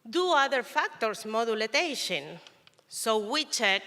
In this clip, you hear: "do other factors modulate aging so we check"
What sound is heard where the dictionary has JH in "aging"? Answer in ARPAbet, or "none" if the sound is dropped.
SH